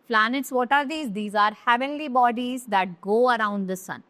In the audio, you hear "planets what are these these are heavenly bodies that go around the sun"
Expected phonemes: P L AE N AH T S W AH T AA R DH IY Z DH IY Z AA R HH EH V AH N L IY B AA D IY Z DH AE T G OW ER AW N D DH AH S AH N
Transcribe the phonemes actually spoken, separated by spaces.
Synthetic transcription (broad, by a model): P L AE N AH T S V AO T AA R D IY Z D IY Z AA R HH EH V AH N L IY B AA D IY Z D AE T G OW ER AW N D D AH S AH N